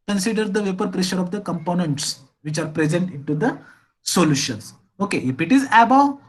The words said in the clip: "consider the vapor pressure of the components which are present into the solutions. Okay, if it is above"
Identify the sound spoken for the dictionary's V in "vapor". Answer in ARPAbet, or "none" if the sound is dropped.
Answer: V